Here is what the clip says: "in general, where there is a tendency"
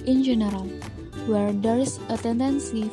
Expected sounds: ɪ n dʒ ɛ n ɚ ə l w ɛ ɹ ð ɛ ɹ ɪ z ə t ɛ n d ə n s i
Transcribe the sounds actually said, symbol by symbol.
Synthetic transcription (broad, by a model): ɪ n dʒ ɛ n ɚ ə l w ɛ ɹ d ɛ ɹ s ə t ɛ n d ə n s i